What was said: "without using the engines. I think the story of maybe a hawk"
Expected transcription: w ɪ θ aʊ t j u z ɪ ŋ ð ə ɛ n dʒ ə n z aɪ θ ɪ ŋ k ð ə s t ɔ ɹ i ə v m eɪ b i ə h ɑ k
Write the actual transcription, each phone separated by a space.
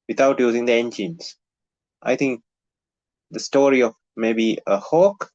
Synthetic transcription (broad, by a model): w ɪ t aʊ t j u z ɪ ŋ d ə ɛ n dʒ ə n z aɪ t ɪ ŋ k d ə s t ɔ ɹ i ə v m eɪ b i ə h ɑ k